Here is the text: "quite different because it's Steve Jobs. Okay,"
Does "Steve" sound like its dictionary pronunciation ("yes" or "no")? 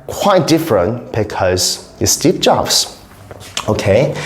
no